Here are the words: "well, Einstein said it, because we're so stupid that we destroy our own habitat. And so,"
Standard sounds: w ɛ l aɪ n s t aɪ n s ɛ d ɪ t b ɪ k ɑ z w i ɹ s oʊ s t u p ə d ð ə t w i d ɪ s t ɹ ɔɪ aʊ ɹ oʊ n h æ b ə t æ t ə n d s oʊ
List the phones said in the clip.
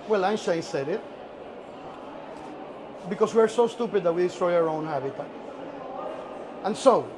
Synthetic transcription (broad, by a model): w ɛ l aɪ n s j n s ɛ d ɪ t b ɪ k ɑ s w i ɹ s oʊ s t u p ə d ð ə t w i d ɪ s t ɹ ɔɪ aʊ ɹ oʊ n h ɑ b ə t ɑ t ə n s oʊ